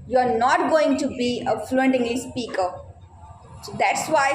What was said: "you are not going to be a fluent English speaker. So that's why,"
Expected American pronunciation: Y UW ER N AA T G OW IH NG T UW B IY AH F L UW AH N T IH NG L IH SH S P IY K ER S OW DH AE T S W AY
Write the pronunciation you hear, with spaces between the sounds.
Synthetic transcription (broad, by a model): Y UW ER N AA T G OW IH NG T UW B IY AH F L UW AH N T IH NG L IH S P IY K ER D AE T S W AY